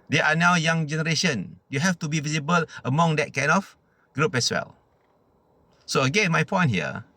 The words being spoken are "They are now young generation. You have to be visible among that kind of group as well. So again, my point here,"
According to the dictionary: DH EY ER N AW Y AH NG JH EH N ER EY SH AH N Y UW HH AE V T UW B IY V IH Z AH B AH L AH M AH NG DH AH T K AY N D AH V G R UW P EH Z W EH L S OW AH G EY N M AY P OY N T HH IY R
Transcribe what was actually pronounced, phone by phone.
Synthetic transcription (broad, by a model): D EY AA N AW Y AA NG JH EH N ER EY SH AH N Y UW HH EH F T UW B IY V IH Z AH B AH L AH M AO NG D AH T K AY N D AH F G R UW P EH S W EH L S OW AH G EY N M AY P OY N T HH IY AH